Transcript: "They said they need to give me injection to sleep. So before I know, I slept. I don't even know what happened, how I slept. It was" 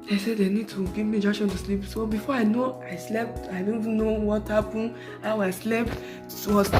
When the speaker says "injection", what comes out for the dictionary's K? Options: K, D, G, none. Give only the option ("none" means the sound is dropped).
none